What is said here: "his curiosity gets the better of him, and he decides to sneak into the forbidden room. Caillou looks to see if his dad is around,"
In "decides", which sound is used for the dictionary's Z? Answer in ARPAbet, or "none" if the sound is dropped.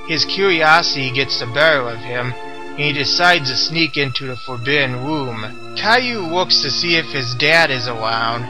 Z